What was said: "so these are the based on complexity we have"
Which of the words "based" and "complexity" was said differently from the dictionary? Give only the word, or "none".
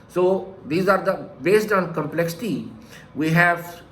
none